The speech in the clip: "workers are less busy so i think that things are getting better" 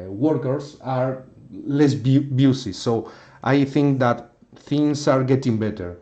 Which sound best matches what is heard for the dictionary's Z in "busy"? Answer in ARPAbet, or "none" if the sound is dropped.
S